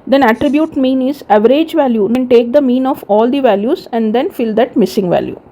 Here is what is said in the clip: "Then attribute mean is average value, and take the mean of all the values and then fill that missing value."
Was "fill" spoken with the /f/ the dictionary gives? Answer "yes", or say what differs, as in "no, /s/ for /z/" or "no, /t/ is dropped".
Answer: yes